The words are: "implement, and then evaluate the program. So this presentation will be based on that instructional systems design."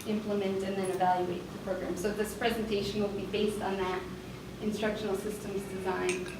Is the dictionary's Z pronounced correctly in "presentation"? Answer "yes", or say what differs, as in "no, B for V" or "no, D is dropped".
yes